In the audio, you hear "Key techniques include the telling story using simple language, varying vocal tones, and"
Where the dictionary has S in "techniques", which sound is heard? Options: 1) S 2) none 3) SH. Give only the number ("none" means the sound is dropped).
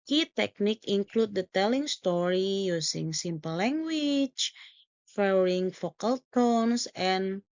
2